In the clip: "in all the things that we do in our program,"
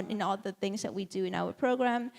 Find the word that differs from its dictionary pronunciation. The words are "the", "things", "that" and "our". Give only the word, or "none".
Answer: none